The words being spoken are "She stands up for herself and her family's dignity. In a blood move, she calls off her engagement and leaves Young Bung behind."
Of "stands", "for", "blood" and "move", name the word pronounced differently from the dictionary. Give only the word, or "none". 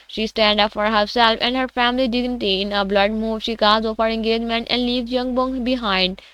stands